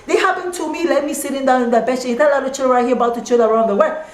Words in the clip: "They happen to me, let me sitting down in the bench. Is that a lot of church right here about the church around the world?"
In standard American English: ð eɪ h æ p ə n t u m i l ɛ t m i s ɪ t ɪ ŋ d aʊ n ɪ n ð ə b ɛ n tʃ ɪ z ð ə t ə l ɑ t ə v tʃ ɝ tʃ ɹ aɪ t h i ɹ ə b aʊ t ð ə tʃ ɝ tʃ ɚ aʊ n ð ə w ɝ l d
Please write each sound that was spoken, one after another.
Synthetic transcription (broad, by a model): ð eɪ h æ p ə n t u m i l ɛ t m i s ɪ t ɪ ŋ d aʊ n ɪ n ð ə b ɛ tʃ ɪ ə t ə l ɑ t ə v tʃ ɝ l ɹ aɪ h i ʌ ə b aʊ t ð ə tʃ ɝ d ɚ aʊ n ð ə w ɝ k